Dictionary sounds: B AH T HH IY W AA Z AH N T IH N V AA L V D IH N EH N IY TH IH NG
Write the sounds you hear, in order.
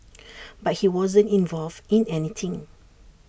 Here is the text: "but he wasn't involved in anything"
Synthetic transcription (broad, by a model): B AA T HH IY W AA Z AH N T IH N V AA L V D IH N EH N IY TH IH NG